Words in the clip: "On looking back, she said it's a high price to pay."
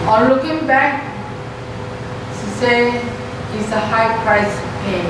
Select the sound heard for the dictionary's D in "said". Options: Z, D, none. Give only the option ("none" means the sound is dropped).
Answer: none